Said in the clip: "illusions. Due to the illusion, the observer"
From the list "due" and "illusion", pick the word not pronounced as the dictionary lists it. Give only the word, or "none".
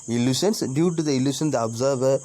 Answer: illusion